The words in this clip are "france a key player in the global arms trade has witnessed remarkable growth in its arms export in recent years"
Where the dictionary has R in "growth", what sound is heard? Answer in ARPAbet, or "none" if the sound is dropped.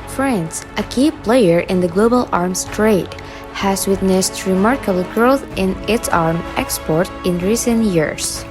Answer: R